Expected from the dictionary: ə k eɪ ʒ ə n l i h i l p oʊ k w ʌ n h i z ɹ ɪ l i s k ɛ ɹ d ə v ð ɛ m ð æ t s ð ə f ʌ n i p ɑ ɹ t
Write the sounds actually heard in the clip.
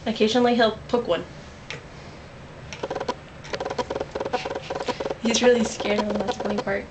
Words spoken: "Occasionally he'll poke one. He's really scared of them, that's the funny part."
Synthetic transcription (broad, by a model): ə k eɪ ʒ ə n l i h i l p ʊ k w ʌ n h i z ɹ ɪ l i s k ɛ ɹ d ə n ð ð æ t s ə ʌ i p ɑ ɹ t